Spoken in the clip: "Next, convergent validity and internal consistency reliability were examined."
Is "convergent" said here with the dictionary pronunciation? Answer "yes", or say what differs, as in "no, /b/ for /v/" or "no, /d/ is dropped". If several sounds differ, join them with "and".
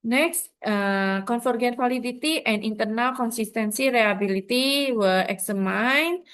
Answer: no, /f/ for /v/